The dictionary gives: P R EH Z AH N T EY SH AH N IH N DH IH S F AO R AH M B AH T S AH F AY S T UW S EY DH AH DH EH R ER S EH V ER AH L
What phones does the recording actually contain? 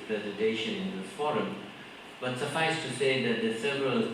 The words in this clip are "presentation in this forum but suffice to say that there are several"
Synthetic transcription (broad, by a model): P R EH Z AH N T EY SH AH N IH N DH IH F AO R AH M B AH T S AH F AY S T UW S EY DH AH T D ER S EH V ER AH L